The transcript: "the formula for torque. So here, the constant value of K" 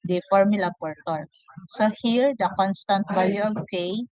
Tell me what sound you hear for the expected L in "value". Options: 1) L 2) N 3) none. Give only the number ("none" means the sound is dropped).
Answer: 3